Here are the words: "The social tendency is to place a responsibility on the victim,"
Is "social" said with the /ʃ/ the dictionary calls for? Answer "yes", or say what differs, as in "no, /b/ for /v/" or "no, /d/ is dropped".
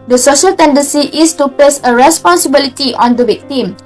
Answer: yes